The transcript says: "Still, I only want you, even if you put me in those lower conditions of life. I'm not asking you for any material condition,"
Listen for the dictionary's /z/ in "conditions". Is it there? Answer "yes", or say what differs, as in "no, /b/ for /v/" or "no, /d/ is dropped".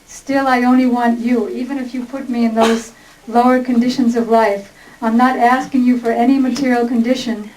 yes